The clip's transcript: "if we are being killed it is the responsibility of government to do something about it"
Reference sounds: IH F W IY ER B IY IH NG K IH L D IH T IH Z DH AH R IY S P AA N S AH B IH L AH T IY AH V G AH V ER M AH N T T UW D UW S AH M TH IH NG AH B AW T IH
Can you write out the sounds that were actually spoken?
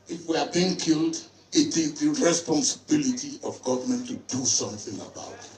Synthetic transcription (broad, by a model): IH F W IY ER B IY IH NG K IH L D IH T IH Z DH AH R IY S P AA N S AH B IH L AH T IY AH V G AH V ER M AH N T T UW D UW S AH M TH IH NG AH B AW T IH